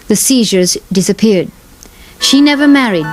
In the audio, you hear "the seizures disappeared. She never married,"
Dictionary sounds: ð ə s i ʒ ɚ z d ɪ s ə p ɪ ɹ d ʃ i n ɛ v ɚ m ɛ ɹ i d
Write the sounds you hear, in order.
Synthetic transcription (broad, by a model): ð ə s i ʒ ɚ z d ɪ s ə p ɪ ɹ d ʃ i n ɛ v ɚ m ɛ ɹ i d